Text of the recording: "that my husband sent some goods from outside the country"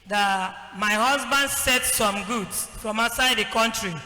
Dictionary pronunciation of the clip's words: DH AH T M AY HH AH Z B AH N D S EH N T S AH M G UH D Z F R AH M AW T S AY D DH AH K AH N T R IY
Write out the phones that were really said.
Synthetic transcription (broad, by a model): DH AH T M AY HH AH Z B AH N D S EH T S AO M G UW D S F R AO M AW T S AY D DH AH K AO N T R IY